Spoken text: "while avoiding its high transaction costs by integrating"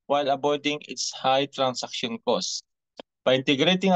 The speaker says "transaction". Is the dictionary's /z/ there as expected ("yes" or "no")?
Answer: no